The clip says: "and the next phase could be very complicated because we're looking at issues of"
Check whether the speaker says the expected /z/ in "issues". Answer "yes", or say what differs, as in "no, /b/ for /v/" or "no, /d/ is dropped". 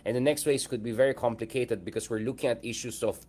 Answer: no, /s/ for /z/